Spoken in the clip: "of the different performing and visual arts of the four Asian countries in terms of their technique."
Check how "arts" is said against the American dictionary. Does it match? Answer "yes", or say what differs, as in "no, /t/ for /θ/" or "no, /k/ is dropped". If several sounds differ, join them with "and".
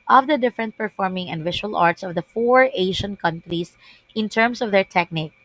yes